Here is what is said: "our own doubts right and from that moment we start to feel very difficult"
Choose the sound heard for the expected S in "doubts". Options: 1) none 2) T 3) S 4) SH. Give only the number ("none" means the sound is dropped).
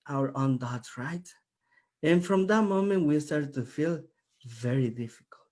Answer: 1